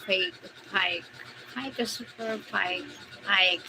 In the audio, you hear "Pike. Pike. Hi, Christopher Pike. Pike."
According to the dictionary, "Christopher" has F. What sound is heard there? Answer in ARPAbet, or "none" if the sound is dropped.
P